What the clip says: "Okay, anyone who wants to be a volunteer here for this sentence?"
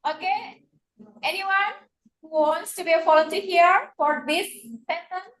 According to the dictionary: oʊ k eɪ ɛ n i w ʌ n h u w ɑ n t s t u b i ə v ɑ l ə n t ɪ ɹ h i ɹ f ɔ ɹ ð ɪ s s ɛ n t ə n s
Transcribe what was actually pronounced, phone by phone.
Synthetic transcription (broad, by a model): oʊ k eɪ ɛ n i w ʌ n h u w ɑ n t s t u b i ə f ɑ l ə t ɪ h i ɹ f ɔ ɹ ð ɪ s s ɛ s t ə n